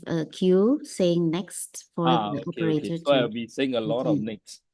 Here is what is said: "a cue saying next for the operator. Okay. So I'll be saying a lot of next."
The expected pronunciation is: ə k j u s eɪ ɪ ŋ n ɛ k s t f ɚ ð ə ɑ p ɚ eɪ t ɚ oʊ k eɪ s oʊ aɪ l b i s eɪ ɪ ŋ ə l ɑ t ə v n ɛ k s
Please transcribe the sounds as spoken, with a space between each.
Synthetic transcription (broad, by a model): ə k j u s eɪ ɪ ŋ n ɛ k s t f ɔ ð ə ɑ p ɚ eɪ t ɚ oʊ ɑ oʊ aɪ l b i s eɪ ɪ ŋ ə l ɑ t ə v n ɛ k s